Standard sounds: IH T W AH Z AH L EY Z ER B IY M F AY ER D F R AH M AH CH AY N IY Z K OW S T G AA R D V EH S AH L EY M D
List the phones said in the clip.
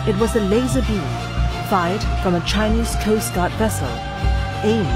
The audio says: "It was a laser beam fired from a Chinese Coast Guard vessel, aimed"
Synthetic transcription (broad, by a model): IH T W AH Z AH L EY Z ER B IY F AY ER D F R AH M AH CH AY N IY Z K OW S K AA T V EH S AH L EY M